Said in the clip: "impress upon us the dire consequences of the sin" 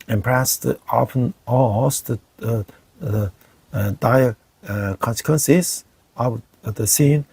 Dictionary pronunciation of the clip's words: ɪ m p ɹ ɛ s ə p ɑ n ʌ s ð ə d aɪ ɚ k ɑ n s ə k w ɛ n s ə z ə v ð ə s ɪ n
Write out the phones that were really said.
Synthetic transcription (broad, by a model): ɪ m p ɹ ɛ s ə f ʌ n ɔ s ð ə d aɪ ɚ k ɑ n s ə k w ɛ n s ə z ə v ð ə s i n